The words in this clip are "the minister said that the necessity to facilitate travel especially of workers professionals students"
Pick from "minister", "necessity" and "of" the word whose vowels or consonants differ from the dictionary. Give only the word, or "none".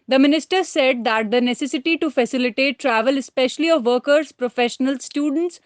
none